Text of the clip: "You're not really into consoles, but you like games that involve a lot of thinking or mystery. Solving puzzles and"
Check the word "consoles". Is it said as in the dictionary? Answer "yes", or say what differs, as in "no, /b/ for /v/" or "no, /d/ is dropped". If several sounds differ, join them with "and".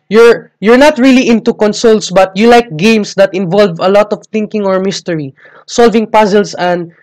no, /s/ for /z/